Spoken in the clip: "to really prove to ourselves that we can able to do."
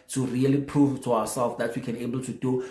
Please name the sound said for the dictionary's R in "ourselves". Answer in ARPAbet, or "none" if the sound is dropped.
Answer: W